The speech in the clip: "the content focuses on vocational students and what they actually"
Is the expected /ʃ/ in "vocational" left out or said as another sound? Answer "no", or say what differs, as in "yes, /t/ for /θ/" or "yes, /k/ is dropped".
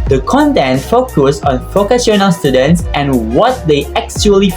yes, /s/ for /ʃ/